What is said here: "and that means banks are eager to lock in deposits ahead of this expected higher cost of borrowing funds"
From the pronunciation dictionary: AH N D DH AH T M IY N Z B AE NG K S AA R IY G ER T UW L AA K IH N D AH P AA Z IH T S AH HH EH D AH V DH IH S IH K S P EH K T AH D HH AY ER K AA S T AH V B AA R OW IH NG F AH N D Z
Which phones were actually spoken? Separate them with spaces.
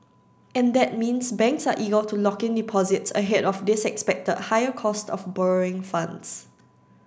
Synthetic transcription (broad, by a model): AH N D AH T M IY N S B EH NG K S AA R IY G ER T UW L AA K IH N D AH P AA Z IH T S AH HH EH D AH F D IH S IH K S P EH K T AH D HH AY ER K AA S T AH F B AA R OW IH NG F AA N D S